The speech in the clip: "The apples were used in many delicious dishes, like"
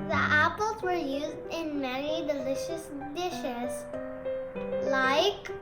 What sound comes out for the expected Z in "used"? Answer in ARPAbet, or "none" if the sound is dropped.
Z